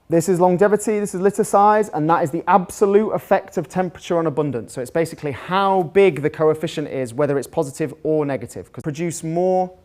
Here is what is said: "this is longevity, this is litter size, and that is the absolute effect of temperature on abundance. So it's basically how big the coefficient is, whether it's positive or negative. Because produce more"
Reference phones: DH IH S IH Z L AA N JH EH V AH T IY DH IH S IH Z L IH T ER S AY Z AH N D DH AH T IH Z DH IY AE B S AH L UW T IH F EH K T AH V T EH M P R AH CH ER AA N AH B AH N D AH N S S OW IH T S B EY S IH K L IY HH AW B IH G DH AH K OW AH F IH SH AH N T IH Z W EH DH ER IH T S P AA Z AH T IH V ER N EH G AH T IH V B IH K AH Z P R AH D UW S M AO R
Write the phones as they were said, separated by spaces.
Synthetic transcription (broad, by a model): DH IH S IH Z L AA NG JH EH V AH T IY DH IH S IH Z L IH T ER S AY Z AH N DH AH T IH Z DH IY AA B S AH L UW T IH F EH K T AH V T EH M P R AH CH ER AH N AH B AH N D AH N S S OW IH T S B EY S IH K L IY HH AW B IH G DH AH K OW AH F IH SH AH N T IH Z W EH DH ER IH T S P AA Z AH T IH V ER N EH G AH T IH V K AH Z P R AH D UW S M AO